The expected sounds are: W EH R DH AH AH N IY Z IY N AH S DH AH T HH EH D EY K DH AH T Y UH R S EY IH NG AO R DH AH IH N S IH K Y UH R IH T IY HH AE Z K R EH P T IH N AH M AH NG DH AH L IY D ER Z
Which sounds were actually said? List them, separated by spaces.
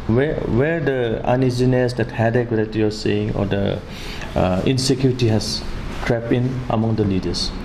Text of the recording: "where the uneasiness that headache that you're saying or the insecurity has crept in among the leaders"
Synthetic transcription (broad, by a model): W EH R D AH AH N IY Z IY N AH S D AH T HH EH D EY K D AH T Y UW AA S EY IH NG AO R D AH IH N S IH K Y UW R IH T IY HH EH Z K R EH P IH N AH M AH NG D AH L IY D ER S